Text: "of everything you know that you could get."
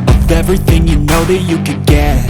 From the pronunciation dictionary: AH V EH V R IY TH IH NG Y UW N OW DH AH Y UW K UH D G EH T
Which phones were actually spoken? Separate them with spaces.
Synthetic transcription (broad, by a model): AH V EH V R IY TH IH NG Y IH N OW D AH Y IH K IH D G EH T